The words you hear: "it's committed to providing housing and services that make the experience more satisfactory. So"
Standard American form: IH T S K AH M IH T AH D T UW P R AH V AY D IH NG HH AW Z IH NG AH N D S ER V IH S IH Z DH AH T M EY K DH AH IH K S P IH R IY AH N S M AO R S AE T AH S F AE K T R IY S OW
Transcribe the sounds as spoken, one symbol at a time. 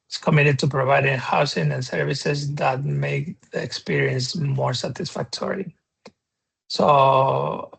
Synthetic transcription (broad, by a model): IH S K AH M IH T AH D T UW P R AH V AY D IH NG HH AW S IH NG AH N S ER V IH S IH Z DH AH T M EY K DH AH K S P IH R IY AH N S M AO R S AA T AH S F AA K T R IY S OW